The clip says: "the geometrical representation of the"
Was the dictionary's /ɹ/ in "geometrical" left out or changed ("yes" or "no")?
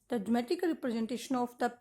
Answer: yes